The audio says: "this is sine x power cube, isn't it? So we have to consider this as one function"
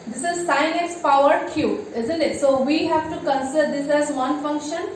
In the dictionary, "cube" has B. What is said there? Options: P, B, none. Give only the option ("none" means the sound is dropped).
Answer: none